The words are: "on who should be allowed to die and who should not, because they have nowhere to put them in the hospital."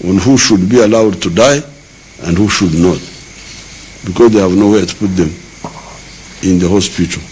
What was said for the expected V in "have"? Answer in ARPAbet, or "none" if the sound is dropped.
V